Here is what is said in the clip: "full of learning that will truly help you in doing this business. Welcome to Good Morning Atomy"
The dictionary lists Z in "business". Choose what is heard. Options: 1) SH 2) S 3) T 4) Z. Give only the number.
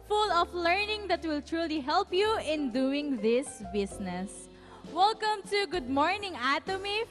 2